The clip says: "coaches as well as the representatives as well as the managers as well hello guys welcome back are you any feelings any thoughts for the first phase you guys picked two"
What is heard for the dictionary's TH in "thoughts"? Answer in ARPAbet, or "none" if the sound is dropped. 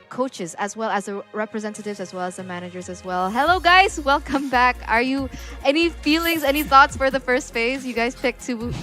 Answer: TH